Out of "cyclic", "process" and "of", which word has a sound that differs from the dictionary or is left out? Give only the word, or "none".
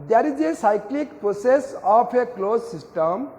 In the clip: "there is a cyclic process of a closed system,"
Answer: of